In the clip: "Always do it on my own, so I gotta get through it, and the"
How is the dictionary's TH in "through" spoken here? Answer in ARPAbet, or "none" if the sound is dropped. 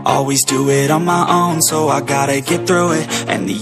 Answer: TH